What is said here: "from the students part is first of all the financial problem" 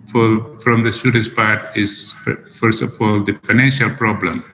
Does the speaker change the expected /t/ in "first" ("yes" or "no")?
no